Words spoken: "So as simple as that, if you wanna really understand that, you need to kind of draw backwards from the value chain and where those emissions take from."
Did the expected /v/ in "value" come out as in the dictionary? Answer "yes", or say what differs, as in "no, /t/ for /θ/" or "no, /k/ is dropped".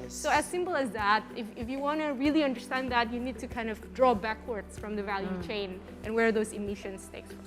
yes